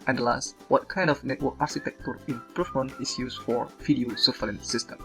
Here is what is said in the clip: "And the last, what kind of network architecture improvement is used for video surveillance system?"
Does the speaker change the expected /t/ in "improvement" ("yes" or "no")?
yes